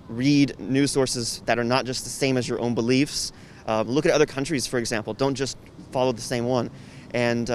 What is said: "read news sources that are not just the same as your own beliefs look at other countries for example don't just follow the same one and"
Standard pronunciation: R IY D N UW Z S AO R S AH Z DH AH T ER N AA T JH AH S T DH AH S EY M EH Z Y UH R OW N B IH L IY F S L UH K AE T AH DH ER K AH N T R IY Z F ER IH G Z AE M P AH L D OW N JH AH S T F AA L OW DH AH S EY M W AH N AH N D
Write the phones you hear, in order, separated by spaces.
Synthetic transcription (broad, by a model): R IY D N UW S AO R S AH Z DH AH T ER N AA T JH AH S T DH AH S EY M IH Z Y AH R OW N B IH L IY F S L UH K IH T AH DH ER K AH N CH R IY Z F ER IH G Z AE M P L D OW N JH AH S T F AA L OW DH AH S EY M W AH N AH N